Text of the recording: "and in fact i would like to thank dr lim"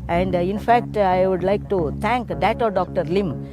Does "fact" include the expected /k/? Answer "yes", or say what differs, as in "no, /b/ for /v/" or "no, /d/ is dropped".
yes